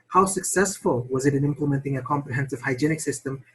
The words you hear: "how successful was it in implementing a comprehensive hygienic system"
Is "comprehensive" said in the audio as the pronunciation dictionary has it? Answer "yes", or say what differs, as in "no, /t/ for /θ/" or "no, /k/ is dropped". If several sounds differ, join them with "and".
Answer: yes